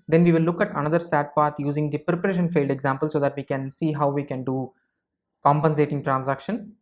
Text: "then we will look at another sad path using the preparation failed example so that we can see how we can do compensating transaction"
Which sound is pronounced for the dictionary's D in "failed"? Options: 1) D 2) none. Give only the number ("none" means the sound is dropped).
1